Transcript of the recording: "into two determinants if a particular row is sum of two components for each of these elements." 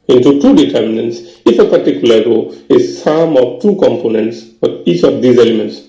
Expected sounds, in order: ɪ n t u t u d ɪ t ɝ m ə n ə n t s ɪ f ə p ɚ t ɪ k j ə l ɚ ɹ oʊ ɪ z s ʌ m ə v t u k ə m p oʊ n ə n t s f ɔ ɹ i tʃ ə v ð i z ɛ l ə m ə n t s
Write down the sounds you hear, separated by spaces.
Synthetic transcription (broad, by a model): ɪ n t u t u d ɪ t ɝ m ə n ə n t s ɪ f ə p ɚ t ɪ k j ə l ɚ ɹ oʊ ɪ z s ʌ m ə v t u k ə m p oʊ n ə n t s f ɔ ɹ i tʃ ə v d i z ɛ l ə m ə n t s